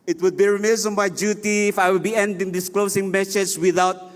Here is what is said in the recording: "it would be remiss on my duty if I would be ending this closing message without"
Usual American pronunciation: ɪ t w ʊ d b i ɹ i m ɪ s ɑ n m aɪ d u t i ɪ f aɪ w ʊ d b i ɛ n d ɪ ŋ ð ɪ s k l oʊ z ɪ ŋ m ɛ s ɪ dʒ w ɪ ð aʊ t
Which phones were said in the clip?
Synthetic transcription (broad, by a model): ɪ t w ʊ d b i ɹ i m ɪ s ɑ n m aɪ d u t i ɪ f aɪ w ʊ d b i ɛ n d ɪ ŋ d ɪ s k l oʊ s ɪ ŋ m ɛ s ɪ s w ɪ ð aʊ t